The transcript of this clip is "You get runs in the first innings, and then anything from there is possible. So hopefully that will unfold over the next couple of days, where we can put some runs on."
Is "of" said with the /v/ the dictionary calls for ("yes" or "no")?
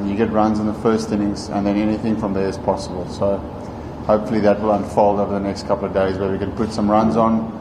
yes